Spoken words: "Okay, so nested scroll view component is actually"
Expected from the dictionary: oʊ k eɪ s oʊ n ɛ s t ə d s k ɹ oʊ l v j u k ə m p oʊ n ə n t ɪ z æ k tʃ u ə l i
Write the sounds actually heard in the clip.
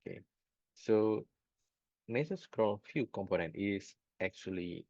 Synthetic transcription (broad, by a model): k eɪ s oʊ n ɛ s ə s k ɹ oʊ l f j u k ə m p oʊ n ə n t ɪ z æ k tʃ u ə l i